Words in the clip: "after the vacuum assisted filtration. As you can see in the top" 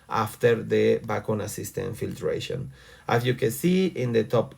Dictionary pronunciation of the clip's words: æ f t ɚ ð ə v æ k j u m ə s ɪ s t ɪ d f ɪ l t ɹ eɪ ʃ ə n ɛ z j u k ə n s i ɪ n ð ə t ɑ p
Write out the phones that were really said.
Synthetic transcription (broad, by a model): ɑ f t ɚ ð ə b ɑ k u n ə s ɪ s t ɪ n f ɪ l t ɹ eɪ ʃ ə n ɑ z j u k ə n s i ɪ n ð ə t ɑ p